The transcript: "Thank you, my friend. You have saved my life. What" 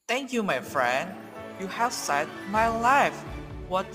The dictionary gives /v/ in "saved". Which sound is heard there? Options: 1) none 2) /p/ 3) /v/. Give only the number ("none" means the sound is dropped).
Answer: 1